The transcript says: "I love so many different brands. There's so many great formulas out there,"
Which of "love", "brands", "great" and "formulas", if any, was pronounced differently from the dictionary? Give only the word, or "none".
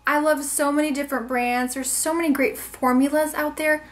none